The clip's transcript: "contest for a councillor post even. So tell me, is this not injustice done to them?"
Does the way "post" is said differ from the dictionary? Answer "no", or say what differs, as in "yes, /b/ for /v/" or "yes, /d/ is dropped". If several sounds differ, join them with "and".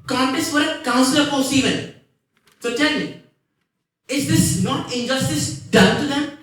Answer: yes, /t/ is dropped